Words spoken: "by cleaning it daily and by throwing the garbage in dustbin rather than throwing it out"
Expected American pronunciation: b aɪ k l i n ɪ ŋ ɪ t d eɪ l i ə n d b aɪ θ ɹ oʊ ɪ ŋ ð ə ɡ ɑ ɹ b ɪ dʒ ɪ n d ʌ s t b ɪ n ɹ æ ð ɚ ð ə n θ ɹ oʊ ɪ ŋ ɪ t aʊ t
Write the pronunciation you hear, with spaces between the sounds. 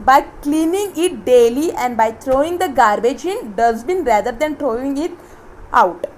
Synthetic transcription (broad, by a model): b aɪ k l i n ɪ ŋ ɪ t d eɪ l i ə n d b aɪ t ɹ oʊ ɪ ŋ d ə ɡ ɑ ɹ b ɪ dʒ ɪ n d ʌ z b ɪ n ɹ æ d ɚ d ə n t ɹ oʊ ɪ ŋ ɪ t aʊ t